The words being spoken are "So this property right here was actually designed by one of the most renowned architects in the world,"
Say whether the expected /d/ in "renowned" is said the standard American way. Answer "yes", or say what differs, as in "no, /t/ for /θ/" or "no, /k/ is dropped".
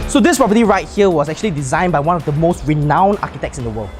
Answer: no, /d/ is dropped